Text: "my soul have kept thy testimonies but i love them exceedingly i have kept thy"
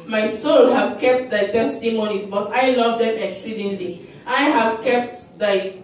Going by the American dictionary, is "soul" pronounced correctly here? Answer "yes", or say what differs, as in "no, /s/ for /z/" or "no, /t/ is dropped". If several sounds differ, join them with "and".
yes